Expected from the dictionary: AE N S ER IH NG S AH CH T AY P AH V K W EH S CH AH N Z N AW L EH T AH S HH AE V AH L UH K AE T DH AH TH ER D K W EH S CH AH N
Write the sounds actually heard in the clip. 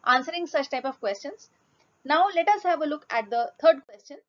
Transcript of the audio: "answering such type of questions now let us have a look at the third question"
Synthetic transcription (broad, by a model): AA N S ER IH NG S AH CH T AY P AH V K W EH S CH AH N S N AW L EH T AH S HH AE V AH L UH K AE T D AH T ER D K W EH S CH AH N